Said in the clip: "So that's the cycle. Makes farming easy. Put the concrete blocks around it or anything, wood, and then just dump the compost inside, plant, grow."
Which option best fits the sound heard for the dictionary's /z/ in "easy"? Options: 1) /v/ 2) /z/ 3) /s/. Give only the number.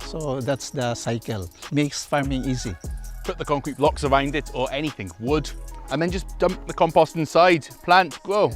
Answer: 2